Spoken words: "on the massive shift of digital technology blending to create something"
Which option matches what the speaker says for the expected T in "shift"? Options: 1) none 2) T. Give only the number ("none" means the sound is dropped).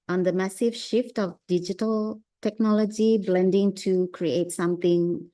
2